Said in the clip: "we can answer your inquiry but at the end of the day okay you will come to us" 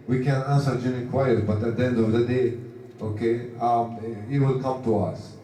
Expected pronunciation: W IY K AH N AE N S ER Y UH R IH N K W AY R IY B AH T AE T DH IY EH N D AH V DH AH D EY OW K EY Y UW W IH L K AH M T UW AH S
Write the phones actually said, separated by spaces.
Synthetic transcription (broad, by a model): W IY K AH N AE N S ER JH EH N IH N K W AY IY B AH T AE T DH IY EH N D AH V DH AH D EY OW K EY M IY W IH L K AH M T UW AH S